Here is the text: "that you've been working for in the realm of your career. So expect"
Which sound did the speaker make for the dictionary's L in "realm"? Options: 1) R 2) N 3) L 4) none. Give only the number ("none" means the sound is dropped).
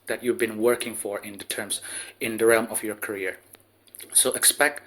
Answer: 3